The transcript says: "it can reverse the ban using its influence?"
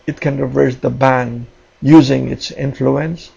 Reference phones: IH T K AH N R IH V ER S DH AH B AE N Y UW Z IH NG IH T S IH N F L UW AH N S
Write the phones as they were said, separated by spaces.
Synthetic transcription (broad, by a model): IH T K AH N R IH V ER S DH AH B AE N Y UW Z IH NG IH T S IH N F L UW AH N S